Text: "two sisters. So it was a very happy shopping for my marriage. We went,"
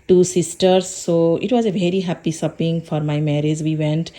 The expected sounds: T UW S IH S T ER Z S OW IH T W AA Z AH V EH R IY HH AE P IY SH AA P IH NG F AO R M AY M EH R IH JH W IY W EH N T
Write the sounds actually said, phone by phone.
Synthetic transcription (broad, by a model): T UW S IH S T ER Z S OW IH T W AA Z AH V EH R IY HH AE P IY S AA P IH NG F AO R M AY M EH R IH JH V IY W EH N T